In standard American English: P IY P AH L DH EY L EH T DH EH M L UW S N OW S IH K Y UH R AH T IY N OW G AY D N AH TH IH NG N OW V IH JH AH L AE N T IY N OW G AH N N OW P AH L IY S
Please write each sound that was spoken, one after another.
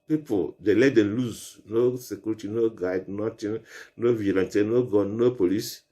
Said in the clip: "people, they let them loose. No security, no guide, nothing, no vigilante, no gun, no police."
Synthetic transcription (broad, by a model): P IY P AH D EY L EH T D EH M L UW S N OW S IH K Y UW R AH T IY N OW G AY D N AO T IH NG N OW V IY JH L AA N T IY N OW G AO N N OW P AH L IY S